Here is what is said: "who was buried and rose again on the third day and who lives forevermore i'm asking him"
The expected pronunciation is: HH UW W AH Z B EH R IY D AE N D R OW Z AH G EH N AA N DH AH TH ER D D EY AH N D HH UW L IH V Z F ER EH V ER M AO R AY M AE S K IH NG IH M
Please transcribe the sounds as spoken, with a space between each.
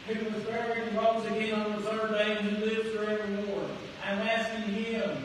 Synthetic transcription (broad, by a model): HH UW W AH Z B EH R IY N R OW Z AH G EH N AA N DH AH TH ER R D EY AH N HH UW L IH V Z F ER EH V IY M AO R AY M AE S K IH NG IH M